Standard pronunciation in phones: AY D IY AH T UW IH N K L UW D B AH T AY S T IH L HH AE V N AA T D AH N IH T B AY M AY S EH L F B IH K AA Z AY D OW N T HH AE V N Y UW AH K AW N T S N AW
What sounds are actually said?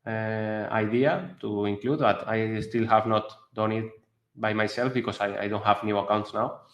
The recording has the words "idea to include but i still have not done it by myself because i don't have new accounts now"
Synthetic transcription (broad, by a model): AY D IY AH T UW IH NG K L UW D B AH T AY S T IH L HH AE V N AA T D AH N IH T B AY M AY S EH L F B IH K AA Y AY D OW N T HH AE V N Y UW AH K AW N T S N AW